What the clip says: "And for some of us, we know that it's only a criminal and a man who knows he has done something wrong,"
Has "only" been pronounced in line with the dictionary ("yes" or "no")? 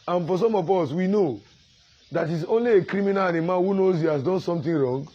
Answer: yes